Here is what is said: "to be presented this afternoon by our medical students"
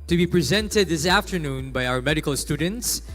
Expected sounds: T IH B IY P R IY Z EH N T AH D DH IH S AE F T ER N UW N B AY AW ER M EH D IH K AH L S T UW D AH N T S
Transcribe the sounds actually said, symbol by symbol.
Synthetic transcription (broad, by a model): T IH B IY P R IY Z EH N T AH D DH IH S AE F T ER N UW N B AY AW ER M EH D IH K AH L S T UW D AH N T S